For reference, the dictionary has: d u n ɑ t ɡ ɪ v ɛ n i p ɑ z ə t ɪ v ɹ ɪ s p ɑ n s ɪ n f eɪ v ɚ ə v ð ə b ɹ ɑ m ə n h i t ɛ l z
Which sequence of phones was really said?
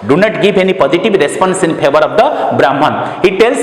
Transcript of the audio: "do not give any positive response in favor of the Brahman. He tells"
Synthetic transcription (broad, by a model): d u n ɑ t ɡ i b ɛ n i p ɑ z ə t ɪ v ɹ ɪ s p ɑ n s ɪ n p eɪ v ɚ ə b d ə b ɹ ɑ m ə n h i t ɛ l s